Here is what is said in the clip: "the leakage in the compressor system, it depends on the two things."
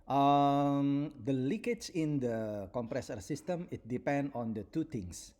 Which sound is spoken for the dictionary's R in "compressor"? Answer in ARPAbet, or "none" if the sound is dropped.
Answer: R